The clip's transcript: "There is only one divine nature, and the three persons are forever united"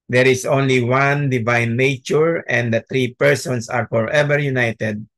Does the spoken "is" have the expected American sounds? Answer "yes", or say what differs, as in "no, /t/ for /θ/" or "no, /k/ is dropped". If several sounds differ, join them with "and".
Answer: no, /s/ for /z/